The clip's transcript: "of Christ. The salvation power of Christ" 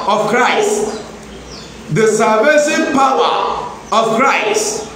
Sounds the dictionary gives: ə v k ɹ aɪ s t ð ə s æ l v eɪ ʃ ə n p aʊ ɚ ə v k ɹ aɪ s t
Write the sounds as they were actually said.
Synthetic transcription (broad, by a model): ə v k ɹ aɪ s t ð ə s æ v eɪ s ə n p aʊ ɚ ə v k ɹ aɪ s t